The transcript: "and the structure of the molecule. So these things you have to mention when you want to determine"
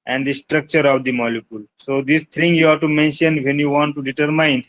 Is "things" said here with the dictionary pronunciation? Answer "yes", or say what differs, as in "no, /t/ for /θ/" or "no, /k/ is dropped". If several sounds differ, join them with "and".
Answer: no, /z/ is dropped